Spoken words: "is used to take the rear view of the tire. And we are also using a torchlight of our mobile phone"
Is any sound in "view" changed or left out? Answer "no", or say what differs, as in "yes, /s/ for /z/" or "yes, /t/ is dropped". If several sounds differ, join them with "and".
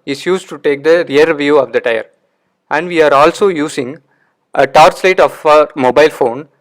no